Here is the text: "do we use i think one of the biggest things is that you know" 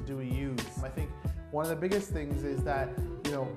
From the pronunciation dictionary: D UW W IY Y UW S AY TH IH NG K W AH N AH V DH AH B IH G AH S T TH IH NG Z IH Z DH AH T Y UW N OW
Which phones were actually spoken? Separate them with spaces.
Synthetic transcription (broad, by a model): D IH W IY Y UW AY TH IH NG K W AH N AH V DH AH B IH G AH S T TH IH NG Z IH Z DH AH T Y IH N OW